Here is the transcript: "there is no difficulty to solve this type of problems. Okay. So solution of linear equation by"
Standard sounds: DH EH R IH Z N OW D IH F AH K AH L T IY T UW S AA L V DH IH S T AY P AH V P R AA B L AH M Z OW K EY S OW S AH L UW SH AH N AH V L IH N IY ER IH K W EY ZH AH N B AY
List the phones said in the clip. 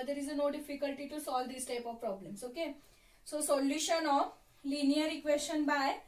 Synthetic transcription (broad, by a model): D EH R IH Z N OW D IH F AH K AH L T IY T UW S AA L V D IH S T AY P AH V P R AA B L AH M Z OW K EY S OW S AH L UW SH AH N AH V L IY N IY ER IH K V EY S AH N B AY